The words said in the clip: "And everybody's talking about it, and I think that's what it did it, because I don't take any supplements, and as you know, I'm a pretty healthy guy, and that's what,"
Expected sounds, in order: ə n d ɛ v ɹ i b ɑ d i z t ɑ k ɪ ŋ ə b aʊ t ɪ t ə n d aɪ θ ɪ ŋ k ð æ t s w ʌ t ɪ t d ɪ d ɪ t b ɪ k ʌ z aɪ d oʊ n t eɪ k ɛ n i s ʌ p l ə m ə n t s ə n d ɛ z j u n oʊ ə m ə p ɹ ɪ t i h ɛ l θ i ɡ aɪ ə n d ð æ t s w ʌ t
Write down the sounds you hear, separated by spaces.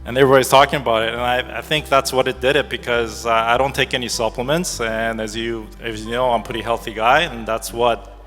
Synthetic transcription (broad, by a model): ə n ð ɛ ɹ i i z t ɑ k ɪ ŋ ə b aʊ t ɪ t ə n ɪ aɪ θ ɪ ŋ k ð æ t s w ʌ t ɪ t d ɪ d ɪ t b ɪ k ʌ z aɪ d oʊ n t eɪ k ɛ n i s ʌ p l ə m ə n t s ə n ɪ z j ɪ n oʊ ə ə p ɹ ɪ t i h ɛ l θ i ɡ aɪ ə n ð æ t s w ʌ t